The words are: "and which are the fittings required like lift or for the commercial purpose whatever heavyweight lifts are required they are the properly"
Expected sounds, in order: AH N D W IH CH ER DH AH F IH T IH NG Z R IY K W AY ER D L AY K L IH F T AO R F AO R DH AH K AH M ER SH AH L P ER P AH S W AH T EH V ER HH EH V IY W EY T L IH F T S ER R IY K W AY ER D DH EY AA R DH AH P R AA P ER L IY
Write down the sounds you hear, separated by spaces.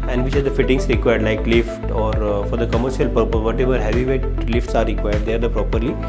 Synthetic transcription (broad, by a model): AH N D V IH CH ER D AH F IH T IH NG S R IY K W AY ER D L AY K L IH F T AO R F AO R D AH K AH M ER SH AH L P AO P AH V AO T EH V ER HH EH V IY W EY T L IH F T S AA R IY K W AY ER D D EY AA R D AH P R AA P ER L IY